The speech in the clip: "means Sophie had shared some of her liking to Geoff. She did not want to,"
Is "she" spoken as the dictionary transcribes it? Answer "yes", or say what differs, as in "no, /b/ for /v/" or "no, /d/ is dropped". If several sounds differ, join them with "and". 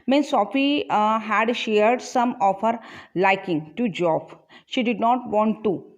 yes